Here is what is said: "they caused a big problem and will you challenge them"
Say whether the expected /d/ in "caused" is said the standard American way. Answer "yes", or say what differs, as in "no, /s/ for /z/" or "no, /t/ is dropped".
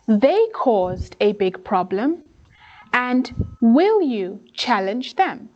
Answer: yes